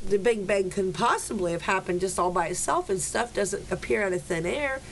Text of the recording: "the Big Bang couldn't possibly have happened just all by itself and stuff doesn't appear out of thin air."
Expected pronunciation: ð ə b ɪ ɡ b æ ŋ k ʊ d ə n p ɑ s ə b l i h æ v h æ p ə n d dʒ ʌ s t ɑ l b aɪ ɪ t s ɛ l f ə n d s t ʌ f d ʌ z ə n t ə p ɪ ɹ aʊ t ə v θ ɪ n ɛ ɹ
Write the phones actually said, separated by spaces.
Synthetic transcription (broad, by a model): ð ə b ɪ ɡ b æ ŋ k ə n p ɑ s ə b l i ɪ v h æ p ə n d dʒ ʌ s t ɑ l b aɪ ɪ t s ɛ l f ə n s t ʌ f d ʌ z ə n t ə p ɪ ɹ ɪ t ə θ ɪ n ɛ ɹ